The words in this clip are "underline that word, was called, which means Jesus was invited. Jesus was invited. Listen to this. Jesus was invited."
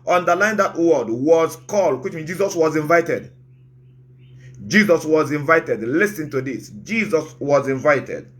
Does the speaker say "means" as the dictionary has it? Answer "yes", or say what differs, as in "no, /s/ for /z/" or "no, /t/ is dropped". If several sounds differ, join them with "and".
no, /z/ is dropped